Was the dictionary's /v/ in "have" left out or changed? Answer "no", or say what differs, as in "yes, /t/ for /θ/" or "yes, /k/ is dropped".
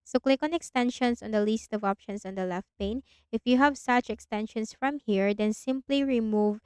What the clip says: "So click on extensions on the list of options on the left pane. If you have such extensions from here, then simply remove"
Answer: no